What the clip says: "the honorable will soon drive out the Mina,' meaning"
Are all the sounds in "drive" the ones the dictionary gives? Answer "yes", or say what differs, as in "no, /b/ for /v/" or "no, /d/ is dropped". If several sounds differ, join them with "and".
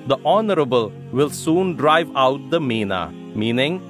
yes